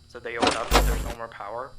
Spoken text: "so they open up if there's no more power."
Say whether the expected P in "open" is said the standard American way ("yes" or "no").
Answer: no